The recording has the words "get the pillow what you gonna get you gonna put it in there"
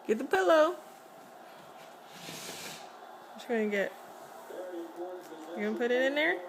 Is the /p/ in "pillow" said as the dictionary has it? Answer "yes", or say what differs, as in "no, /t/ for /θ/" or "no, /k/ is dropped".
yes